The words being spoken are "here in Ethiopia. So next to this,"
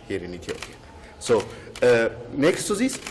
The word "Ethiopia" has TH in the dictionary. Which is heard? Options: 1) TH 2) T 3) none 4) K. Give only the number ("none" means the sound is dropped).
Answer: 2